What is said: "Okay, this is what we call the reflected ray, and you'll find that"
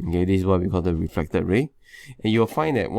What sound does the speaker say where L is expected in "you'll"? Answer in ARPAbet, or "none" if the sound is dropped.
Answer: W